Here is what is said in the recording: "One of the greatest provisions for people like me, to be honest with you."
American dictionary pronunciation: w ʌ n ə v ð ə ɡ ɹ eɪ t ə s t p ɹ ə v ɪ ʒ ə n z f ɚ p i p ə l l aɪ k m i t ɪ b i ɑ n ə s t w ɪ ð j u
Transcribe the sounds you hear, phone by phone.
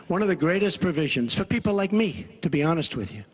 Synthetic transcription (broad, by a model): w ʌ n ə v ð ə ɡ ɹ eɪ t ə s p ɹ ə v ɪ ʒ ə n z f ɚ p i p l l aɪ k m i t ɪ b i ɑ n ə s t w ɪ ð j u